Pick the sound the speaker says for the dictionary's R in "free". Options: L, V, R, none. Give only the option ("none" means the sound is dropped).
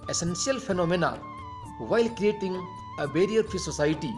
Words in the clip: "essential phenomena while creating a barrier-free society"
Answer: none